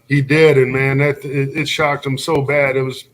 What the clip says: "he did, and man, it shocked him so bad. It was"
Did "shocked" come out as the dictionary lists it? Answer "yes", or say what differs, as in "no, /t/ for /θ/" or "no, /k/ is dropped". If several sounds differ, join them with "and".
yes